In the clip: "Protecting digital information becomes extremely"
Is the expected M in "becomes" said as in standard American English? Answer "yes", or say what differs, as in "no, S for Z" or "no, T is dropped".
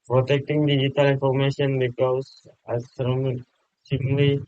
no, M is dropped